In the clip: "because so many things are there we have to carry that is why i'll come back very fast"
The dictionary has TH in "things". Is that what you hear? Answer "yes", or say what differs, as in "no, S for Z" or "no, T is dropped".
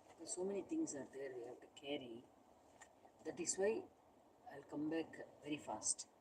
no, T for TH